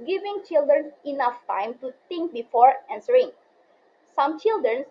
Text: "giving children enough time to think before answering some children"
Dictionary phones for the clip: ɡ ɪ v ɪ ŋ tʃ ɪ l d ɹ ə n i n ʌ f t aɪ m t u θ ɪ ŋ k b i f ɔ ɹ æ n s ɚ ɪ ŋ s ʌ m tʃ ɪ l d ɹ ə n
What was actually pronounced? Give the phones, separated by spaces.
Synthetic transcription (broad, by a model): ɡ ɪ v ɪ ŋ tʃ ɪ l d ɹ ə n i n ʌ f t aɪ m t u t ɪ ŋ k b i f ɔ ɹ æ n s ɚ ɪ ŋ s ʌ m tʃ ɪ l d ɹ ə n